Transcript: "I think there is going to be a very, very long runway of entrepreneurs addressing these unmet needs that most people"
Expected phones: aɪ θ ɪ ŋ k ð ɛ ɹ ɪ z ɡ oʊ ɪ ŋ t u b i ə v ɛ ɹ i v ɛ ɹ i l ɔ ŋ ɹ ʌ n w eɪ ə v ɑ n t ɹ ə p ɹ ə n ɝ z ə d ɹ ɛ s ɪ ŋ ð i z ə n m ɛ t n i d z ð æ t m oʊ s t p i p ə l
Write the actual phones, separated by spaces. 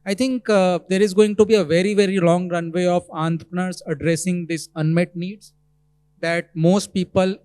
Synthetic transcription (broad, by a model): aɪ t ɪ ŋ k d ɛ ɹ ɪ z ɡ oʊ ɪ ŋ t u b i ə v ɛ ɹ i v ɛ ɹ i l ɔ ŋ ɹ ʌ n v eɪ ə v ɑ n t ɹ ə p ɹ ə n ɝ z ə d ɹ ɛ s ɪ ŋ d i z ə n m ɛ t n i d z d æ t m oʊ s t p i p ə l